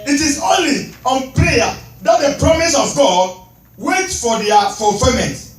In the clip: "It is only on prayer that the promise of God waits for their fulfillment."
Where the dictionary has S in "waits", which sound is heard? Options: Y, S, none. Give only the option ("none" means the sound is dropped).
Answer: none